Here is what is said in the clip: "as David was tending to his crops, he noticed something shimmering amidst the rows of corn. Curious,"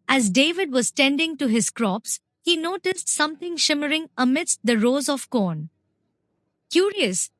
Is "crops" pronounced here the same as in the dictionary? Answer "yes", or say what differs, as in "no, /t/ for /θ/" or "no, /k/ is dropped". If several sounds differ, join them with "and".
yes